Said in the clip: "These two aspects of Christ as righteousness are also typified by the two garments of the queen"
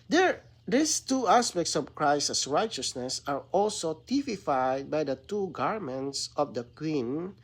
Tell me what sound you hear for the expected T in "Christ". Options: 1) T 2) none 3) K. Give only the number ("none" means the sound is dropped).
2